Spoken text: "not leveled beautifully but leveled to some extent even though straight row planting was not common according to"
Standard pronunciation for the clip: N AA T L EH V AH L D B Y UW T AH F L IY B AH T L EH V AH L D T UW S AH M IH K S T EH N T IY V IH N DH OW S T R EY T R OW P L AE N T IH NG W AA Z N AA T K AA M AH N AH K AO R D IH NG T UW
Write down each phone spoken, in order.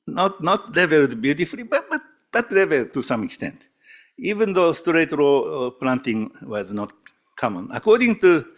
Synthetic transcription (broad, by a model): N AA T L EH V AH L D B Y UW T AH F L IY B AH T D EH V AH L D T UW S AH M IH K S T EH N T IY V IH N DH OW S T R EY T R OW P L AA N T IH NG W AA Z N AA T K AA M AH N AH K AO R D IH NG T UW